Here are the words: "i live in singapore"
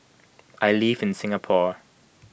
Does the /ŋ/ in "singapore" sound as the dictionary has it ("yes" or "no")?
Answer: yes